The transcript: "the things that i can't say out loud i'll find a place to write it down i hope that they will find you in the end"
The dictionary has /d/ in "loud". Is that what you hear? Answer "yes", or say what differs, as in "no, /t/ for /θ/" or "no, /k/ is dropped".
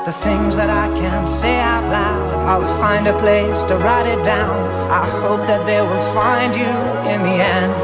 no, /d/ is dropped